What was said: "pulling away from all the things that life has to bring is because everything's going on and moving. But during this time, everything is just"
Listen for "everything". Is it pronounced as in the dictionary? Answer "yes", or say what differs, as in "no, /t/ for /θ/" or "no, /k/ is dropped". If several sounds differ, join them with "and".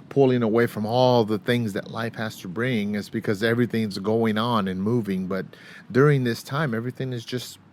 yes